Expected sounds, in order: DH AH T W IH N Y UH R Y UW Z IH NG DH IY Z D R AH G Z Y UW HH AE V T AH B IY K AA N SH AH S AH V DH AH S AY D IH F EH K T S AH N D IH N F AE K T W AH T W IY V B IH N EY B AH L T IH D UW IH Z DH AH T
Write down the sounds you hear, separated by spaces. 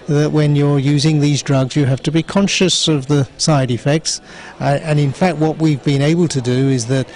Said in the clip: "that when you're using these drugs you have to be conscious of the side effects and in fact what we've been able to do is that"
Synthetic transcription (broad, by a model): DH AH T W IH N Y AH R Y UW Z IH NG DH IY Z D R AH G Z Y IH HH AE F T AH B IY K AA N SH AH S AH V DH AH S AY D IH F EH K T S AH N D IH N F AE K T W AH T W IY V B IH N EY B AH L T IH D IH IH Z DH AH T